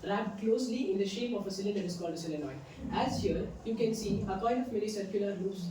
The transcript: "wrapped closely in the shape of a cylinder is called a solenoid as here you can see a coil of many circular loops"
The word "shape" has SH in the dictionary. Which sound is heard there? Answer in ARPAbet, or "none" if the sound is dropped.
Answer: SH